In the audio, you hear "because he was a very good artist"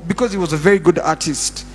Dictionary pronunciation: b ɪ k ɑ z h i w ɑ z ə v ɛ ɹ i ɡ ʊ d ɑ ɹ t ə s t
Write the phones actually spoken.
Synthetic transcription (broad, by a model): b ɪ k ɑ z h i w ɑ z ə v ɛ ɹ i ɡ ʊ d ɑ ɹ t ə s t